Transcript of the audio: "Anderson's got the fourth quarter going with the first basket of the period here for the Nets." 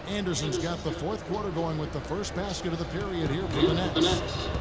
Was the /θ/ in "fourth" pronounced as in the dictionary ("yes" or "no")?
yes